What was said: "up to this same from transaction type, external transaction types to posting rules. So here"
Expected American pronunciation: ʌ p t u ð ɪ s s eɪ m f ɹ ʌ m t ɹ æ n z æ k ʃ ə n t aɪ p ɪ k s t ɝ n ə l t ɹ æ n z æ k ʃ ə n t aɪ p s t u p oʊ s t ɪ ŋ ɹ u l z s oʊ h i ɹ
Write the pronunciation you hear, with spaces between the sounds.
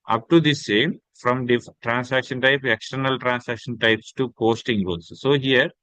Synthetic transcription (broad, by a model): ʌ p t u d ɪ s s eɪ m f ɹ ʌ m t ɹ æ n s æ k ʃ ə n t aɪ p ɪ k s t ɝ n ə l t ɹ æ n s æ k ʃ ə n t aɪ p s t u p oʊ s t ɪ ŋ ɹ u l s oʊ h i ɹ